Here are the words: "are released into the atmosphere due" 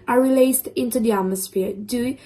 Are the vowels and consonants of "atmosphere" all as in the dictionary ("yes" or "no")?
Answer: yes